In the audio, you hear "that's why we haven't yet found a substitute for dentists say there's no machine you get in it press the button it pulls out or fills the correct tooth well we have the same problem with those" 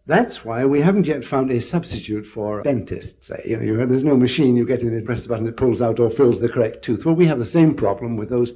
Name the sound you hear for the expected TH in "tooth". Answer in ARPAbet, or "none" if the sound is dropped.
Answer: TH